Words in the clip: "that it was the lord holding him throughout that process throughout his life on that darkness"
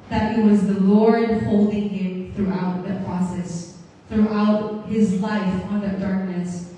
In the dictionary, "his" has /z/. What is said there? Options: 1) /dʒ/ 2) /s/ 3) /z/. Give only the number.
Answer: 3